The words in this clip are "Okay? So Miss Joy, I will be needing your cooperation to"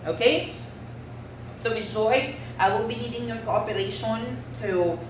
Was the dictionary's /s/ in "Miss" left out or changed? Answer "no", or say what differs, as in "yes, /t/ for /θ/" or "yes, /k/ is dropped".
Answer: yes, /s/ is dropped